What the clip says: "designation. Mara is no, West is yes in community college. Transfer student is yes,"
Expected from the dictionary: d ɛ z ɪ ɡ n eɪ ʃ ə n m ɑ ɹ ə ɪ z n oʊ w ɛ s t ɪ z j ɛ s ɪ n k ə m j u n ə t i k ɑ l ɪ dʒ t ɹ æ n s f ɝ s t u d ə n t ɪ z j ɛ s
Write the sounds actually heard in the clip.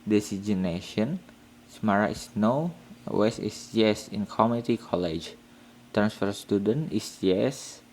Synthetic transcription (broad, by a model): d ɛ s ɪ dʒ n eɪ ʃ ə n m ɑ ɹ ə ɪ s n oʊ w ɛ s ɪ s j ɛ s ɪ n k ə m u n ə t i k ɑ l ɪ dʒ t ɹ æ n s f ɝ s t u d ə n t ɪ s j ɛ s